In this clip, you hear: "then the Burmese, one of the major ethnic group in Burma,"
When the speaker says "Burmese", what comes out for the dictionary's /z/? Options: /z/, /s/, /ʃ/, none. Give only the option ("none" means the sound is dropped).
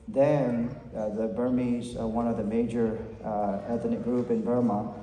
/z/